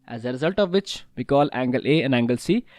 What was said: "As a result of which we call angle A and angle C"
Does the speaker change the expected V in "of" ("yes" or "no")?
no